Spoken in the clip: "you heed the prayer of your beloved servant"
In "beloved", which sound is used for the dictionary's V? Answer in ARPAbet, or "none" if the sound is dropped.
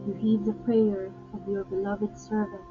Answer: V